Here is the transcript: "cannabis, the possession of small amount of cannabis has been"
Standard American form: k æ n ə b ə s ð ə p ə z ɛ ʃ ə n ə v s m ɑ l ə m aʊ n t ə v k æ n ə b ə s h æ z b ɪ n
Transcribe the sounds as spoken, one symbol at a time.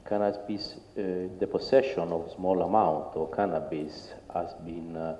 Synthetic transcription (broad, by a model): k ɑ n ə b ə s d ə p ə s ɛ ʃ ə n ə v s m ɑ l ə m aʊ n t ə k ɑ n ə b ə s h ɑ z b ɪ n